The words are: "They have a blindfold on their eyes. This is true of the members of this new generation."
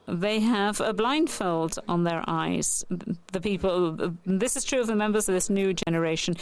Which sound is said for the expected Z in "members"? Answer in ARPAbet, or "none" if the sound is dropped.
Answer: Z